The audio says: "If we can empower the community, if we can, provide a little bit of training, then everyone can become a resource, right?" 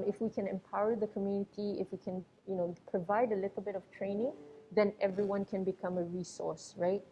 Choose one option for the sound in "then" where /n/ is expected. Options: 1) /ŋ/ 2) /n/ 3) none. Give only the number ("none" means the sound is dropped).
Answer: 2